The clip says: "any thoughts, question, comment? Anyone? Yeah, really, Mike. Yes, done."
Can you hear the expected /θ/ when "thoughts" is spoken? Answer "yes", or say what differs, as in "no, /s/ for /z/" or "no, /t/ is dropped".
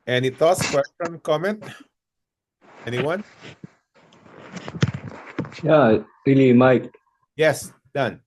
no, /t/ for /θ/